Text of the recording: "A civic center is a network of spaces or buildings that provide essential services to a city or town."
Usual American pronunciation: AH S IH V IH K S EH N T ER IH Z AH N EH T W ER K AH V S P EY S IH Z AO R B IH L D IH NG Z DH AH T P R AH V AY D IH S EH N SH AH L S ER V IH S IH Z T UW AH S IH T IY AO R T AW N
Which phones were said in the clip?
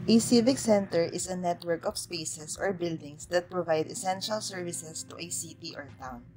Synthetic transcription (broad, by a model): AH S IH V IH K S EH N T ER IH S AH N EH T W ER K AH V S P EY S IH S AO R B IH L D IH NG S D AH T P R AH V AY D IH S EH N SH AH L S ER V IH S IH S T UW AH S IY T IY AO R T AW N